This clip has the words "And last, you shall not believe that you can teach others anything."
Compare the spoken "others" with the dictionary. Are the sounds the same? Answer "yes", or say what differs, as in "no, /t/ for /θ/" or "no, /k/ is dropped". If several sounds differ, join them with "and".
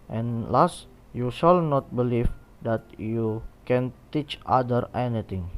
no, /z/ is dropped